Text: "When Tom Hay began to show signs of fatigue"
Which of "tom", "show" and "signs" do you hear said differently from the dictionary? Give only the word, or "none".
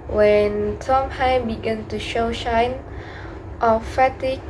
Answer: signs